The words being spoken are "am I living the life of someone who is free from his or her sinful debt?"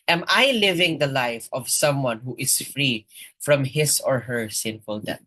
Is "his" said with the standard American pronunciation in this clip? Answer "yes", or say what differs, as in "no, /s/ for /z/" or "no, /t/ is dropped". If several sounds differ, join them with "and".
no, /s/ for /z/